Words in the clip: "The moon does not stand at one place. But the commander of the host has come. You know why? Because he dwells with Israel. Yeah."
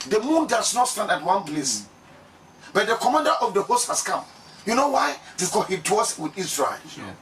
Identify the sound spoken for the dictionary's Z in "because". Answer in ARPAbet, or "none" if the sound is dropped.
none